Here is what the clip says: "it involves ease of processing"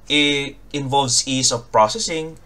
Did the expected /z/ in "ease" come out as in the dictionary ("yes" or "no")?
no